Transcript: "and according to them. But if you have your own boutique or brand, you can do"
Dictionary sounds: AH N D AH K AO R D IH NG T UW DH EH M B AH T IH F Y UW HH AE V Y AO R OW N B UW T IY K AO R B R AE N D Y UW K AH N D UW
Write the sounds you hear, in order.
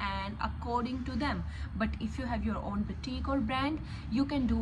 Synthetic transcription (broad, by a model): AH N D AH K AO R D IH NG T UW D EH M B AH T IH F Y UW HH AE V Y AO R OW N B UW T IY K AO L B R AE N D Y UW K AH N D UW